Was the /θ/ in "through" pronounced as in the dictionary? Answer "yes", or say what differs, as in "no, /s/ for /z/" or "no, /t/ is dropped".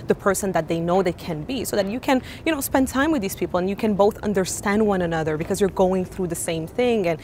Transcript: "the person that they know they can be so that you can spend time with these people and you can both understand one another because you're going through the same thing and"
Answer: yes